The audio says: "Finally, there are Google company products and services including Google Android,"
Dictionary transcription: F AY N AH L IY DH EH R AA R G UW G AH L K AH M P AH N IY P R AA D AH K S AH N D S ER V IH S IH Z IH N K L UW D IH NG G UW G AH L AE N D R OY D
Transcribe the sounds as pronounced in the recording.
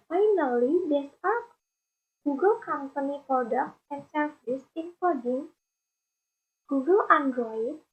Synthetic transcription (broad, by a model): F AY N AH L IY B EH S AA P G UW G AH L K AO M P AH N IY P R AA D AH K AH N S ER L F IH S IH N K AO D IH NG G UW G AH L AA N D R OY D